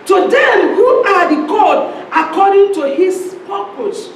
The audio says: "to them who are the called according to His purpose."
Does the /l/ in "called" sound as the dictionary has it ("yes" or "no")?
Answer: no